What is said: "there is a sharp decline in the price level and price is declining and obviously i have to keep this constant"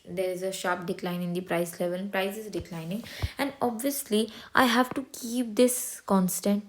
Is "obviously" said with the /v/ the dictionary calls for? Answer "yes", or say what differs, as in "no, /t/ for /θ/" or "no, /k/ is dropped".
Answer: yes